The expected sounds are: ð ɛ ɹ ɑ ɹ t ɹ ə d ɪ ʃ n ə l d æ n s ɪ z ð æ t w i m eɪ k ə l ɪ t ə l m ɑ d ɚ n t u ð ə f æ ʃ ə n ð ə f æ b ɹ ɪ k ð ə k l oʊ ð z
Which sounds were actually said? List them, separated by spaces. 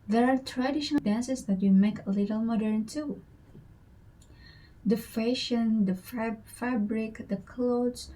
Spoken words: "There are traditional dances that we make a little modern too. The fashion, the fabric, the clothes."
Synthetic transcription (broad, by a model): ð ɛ ɹ ɑ ɹ t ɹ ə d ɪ ʃ ə n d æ n s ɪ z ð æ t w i m eɪ k ə l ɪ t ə l m ɑ d ɚ n t u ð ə f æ ʃ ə n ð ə f æ b ɹ ɪ k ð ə k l oʊ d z